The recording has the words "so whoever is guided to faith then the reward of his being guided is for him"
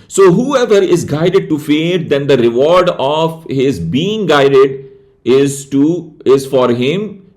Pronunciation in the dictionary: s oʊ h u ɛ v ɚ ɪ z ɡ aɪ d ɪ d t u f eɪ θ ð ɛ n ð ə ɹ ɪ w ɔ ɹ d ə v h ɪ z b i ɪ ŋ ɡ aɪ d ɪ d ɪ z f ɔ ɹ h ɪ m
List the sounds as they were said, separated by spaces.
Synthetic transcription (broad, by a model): s oʊ h u ɛ v ɚ ɪ z ɡ aɪ d ɪ d t u f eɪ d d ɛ n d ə ɹ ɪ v ɔ ɹ d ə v h ɪ z b i ɪ ŋ ɡ aɪ d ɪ d ɪ z f ɔ ɹ h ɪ m